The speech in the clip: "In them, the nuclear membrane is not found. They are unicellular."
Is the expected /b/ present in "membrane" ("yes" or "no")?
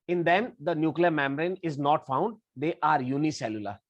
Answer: no